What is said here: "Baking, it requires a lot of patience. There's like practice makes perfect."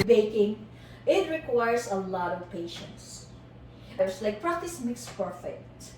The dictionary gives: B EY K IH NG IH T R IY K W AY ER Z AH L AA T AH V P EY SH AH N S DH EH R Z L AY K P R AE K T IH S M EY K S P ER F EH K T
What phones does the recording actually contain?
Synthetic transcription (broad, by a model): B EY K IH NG IH T R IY K W AY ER S AH L AA T AH V P EY SH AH N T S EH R S L AY K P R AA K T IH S M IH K S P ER F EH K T